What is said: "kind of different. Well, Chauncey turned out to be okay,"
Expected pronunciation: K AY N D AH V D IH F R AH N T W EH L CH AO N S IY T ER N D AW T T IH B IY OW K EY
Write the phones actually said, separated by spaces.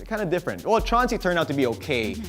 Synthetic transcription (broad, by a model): K AY N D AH D IH F R AH N T W EH L CH AO N S IY T ER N AW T T IH B IY OW K EY